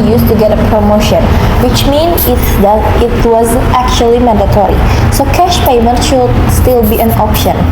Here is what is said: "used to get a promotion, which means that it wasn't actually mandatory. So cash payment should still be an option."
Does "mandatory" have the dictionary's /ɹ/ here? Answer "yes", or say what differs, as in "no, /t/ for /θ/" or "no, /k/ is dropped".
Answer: yes